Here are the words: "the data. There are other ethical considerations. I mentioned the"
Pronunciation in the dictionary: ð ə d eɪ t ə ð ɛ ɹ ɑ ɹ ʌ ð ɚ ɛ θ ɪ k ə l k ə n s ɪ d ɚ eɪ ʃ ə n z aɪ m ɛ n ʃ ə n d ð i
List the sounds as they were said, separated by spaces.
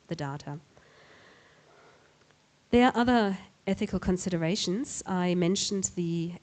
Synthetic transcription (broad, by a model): ð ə d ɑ t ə ð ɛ ɹ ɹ ʌ ð ɚ ɛ θ ɪ k ə l k ə n s ɪ d ɚ eɪ ʃ ə n z aɪ m ɛ n ʃ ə n ð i